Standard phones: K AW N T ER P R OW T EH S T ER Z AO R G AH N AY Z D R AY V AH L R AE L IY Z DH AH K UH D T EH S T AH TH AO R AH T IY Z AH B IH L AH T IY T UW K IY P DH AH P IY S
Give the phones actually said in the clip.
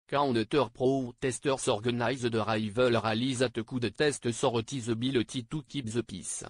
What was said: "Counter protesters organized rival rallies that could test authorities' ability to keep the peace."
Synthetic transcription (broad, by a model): K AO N T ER P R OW T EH S T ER S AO R G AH N AY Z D R AY V AH L R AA L IY Z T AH K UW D T EH S T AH S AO R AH T IY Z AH B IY L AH T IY T UW K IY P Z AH P IY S